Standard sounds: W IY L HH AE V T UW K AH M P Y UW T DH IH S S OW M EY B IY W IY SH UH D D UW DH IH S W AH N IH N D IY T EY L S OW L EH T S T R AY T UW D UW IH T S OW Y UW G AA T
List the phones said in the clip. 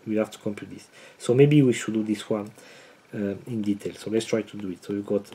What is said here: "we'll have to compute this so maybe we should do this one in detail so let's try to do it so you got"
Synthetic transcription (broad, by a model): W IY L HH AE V T UW K AH M P Y UW T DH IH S S OW M EY B IY W IY SH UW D D UW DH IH S W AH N IH N D IY T EY L S OW L EH T S T R AY T UW D UW IH T S OW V G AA T